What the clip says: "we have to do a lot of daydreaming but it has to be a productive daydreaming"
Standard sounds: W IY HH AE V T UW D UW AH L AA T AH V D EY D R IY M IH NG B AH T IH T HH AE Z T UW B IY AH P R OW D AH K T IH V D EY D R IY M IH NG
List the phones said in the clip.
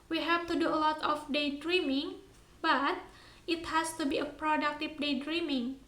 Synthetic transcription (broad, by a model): W IY HH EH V T UW D UW AH L AA T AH F D EY D R IY M IH NG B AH T IH T HH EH S T UW B IY AH P R OW D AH K T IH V D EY D R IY M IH NG